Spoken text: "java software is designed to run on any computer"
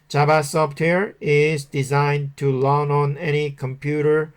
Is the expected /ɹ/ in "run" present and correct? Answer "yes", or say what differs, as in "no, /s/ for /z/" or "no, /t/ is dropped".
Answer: no, /l/ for /ɹ/